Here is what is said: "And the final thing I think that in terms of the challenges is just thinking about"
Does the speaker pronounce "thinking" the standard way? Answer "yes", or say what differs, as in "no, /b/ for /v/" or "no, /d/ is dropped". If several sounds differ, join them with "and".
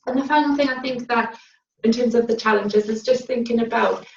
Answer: yes